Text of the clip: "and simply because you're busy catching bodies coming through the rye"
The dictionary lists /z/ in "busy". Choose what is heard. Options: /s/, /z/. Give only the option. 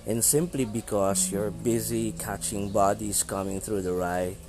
/z/